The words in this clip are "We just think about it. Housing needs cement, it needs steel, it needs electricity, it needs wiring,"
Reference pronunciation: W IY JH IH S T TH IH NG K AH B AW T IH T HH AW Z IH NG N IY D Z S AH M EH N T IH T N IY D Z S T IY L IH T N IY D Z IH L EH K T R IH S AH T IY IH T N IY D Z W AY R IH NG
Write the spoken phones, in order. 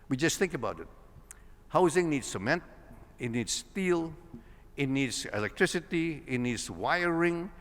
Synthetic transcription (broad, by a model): W IY JH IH S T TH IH NG K AH B AW T IH T HH AW Z IH NG N IY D S AH M EH N T IH T N IY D S T IY L IH T N IY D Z IH L EH K T R IH S AH T IY IH T N IY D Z W AY R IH NG